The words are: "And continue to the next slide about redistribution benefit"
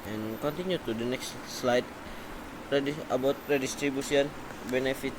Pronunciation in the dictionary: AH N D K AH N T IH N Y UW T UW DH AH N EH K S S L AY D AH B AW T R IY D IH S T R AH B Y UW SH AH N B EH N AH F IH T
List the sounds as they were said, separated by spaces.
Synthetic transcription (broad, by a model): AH N K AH N T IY N Y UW T UW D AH N EH K S S L AY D AH B AW T R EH D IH S T R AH B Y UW S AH N B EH N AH F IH T